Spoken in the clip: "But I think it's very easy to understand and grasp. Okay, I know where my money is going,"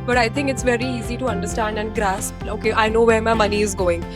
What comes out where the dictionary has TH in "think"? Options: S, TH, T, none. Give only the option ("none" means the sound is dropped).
T